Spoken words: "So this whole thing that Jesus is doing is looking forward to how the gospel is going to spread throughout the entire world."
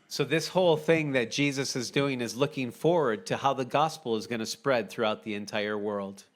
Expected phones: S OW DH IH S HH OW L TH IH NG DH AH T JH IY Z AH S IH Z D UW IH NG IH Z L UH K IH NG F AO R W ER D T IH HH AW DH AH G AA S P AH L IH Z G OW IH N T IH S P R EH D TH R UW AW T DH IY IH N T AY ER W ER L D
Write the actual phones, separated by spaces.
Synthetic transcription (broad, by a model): S OW DH IH S HH OW L TH IH NG DH AH T JH IY Z AH S IH Z D UW IH NG IH Z L UH K IH NG F AO R W ER D T IH HH AW DH AH G AA S P L IH Z G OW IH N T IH S P R EH D TH R UW AW T DH IY IH N T AY ER W ER L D